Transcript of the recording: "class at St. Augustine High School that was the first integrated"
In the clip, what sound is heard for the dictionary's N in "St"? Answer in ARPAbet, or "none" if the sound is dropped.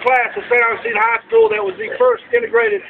none